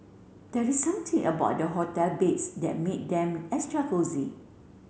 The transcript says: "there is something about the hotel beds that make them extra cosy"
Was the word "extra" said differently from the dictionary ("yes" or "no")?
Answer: yes